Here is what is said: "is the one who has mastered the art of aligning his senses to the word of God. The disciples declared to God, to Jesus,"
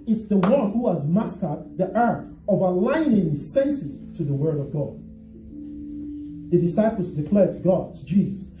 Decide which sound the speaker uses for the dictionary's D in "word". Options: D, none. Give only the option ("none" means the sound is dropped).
D